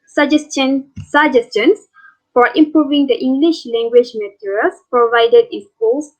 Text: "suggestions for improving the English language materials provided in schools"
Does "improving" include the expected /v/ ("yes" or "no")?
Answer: yes